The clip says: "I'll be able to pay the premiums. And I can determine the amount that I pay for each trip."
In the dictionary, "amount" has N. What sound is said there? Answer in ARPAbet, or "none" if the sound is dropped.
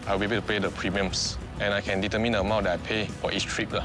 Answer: none